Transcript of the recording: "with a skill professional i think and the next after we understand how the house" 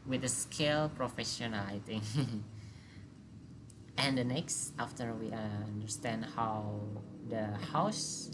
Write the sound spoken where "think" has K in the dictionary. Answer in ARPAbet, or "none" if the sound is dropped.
none